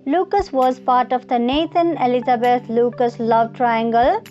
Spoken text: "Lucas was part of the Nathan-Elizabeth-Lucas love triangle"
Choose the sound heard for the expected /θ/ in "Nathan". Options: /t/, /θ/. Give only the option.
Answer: /t/